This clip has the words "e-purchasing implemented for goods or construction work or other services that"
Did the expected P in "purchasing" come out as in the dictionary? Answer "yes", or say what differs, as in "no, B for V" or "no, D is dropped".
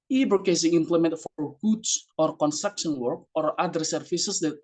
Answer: no, B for P